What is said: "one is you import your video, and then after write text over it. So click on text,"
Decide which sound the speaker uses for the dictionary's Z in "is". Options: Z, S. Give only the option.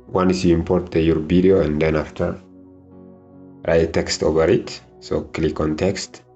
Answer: S